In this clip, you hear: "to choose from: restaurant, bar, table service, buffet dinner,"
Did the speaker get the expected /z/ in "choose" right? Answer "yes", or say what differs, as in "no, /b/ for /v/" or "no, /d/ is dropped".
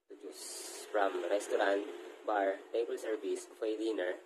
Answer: no, /s/ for /z/